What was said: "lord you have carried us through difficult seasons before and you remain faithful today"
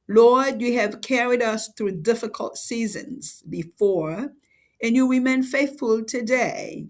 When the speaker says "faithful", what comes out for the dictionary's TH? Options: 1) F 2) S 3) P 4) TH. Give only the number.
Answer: 4